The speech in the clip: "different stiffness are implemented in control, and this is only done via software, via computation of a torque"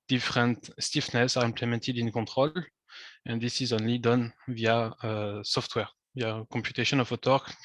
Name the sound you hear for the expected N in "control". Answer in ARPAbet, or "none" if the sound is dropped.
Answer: none